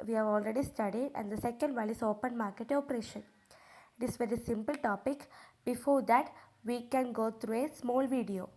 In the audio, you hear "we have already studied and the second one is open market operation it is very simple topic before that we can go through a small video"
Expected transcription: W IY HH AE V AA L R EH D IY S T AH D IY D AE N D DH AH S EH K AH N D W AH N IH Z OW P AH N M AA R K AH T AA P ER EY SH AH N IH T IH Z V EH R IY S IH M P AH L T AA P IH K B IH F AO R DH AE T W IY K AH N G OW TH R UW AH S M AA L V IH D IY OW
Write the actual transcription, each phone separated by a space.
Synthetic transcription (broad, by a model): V IY HH AE V AA L R EH D IY S T AH D IY D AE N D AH S EH K AH N D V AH L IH S OW P AH N M AA R K AH T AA P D EY SH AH N IH T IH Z V EH R IY S IH M P AH L T AA P IH K B IH F AO R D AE T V IY K AH N G OW T R UW AH S M AA L V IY D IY OW